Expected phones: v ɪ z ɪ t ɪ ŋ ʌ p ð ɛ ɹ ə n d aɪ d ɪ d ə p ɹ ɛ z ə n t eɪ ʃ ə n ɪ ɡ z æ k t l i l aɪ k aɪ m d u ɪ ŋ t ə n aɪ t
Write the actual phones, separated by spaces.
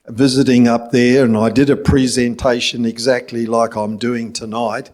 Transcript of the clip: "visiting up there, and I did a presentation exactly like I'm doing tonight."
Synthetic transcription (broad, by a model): v ɪ z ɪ t ɪ ŋ ʌ p ð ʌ ɹ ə n aɪ d ɪ d ə p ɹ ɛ z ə n t eɪ ʃ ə n ɪ ɡ z æ k t l i l aɪ k aɪ m d u ɪ ŋ t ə n aɪ t